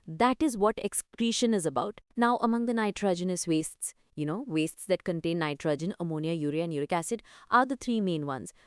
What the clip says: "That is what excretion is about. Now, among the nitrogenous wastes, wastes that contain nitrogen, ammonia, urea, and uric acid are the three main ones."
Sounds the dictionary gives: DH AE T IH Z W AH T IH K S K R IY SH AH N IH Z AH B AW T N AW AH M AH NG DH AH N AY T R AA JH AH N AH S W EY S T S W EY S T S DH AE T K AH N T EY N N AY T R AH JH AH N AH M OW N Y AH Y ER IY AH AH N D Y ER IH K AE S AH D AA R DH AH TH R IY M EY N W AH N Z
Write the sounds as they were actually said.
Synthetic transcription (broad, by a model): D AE T IH Z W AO T IH K S K R IY SH AH N IH Z AH B AW T N AW AH M AH NG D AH N AY T R AA JH AH N AH S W EY S T S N EY S T S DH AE T K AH N T EY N N AY T R AH JH AH N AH M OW N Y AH Y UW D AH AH N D Y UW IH K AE S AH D AA R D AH T R IY M EY N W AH N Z